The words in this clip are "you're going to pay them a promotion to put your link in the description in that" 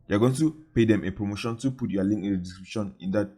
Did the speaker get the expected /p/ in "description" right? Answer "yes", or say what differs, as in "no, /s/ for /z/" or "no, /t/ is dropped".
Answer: no, /b/ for /p/